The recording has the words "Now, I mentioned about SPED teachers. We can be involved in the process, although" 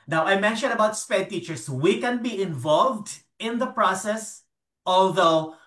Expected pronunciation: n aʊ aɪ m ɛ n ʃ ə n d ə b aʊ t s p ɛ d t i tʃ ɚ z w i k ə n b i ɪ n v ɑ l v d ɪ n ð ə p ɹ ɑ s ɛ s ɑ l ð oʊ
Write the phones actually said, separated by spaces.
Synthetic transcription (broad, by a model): n aʊ aɪ m ɛ n ʃ ə n d ə b aʊ t s p ɛ d t i tʃ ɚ s w i k ə n b i ɪ n v ɑ l v d ɪ n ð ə p ɹ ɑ s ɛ s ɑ l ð oʊ